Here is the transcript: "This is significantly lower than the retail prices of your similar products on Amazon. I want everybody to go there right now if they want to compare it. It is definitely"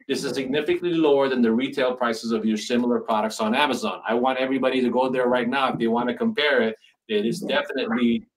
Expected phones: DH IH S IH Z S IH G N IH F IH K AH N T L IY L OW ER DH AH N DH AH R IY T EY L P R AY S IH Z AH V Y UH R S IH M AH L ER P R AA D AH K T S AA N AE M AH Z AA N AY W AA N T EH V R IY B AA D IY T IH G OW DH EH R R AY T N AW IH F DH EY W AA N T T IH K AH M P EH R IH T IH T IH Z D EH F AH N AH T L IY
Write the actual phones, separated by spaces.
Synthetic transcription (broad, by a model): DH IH S IH Z S IH G N IH F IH K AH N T L IY L OW ER DH AH N DH AH R IY T EY L P R AY S IH Z AH V Y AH R S IH M L ER P R AA D AH K T S N AE M AH Z AA N AY W AA N T EH V R IY B AA D IY T IH G OW DH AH R R AY T N AW IH F DH EY W AA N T T IH K AH M P EH R IH T IH T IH S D EH F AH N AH T L IY